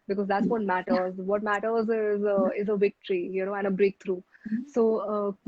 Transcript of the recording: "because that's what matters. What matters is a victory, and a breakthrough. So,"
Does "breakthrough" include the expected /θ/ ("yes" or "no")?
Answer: no